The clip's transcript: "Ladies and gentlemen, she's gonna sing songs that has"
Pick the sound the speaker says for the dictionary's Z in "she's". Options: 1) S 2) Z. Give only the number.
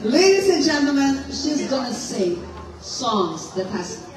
2